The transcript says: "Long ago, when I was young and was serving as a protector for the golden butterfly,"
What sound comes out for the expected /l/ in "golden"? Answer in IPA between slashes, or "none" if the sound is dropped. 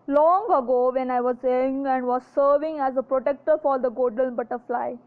none